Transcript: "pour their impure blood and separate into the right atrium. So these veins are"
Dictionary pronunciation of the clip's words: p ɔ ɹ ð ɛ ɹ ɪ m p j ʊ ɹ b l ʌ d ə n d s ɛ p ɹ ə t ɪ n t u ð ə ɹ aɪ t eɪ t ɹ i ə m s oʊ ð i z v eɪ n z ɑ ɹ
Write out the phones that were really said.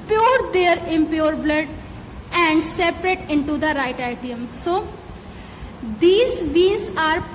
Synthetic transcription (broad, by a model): p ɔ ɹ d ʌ ɹ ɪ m p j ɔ ɹ b l ʌ d ə n d s ɛ p ɹ ə t ɪ n t u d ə ɹ aɪ t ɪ t i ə m s oʊ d i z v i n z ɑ ɹ